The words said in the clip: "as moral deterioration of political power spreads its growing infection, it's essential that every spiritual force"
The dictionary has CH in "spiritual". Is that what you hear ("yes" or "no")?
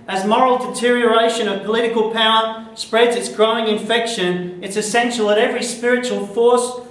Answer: yes